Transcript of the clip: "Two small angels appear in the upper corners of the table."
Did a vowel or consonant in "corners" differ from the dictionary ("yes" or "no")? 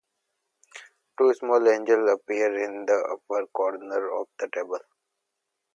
yes